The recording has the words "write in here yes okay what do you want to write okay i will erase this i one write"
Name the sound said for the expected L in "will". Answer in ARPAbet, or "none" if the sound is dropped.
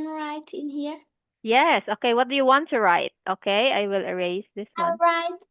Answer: L